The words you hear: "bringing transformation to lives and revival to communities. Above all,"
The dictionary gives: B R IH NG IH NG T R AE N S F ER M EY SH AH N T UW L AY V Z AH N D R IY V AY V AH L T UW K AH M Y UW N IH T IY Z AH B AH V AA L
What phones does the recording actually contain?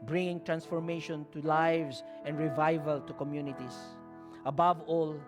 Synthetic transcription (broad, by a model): B R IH NG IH NG T R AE N S F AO M EY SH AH N T UW L AY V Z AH N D R IY V AY V AH L T UW K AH M Y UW N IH T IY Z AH B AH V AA L